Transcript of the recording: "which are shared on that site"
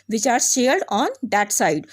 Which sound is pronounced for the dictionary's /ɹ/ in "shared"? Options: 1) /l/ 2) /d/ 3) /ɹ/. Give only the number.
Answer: 1